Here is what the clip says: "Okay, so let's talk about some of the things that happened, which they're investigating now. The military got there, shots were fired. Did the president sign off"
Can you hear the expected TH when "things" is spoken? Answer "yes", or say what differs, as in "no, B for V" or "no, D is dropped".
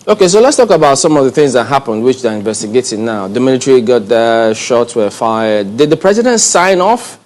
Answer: yes